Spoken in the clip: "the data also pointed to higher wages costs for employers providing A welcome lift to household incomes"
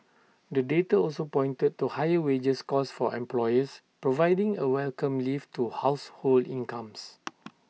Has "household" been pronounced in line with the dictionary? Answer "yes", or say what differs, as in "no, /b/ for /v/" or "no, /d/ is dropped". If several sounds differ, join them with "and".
yes